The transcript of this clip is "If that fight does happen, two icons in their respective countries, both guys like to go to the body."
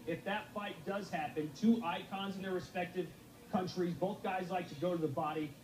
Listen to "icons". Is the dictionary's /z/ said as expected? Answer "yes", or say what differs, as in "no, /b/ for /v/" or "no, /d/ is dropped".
yes